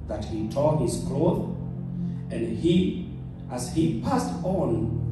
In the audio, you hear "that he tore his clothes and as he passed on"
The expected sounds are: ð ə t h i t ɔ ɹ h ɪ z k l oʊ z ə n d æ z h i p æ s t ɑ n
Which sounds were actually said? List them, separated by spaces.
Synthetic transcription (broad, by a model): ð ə t h i t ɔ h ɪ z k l oʊ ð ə n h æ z h i p æ s t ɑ n